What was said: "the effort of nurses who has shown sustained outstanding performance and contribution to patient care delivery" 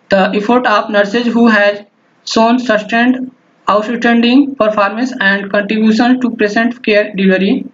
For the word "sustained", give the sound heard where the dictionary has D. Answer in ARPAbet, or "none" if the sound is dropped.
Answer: D